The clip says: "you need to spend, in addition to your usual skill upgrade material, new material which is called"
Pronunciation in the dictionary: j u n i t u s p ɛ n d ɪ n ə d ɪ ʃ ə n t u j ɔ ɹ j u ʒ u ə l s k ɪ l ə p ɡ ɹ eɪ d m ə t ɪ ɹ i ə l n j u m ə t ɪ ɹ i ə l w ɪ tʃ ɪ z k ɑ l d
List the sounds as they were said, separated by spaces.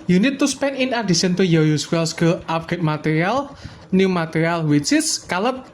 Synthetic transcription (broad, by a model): j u n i t u s p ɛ n ɪ n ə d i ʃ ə n t u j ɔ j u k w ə l s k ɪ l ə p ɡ eɪ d m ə t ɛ ɹ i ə l n j u m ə t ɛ ɹ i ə l w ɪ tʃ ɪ s k ɑ l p